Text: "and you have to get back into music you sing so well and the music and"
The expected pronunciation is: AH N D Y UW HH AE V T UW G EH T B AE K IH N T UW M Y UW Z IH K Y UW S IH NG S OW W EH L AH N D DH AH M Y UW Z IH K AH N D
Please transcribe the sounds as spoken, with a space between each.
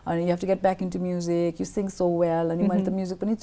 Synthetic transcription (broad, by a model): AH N Y UW HH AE F T UW G EH T B AE K IH N T UW M Y UW Z IH K Y UW S IH NG S OW W EH L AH N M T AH M Y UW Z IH K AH N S